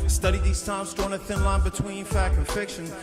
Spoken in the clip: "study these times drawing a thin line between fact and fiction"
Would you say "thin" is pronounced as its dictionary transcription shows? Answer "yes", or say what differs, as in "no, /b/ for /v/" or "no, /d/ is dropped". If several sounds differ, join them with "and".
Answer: yes